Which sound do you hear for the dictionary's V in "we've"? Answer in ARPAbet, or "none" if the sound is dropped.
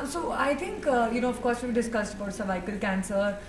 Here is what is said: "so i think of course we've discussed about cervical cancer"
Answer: B